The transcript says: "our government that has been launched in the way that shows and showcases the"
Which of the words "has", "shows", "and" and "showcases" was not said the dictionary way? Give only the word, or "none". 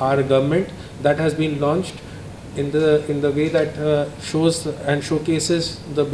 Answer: none